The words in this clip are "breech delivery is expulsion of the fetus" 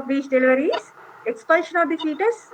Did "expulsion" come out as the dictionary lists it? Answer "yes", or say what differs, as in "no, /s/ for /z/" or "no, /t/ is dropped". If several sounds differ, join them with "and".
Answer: no, /l/ is dropped